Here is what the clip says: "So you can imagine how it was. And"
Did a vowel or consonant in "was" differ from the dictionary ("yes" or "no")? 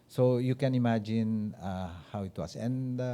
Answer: yes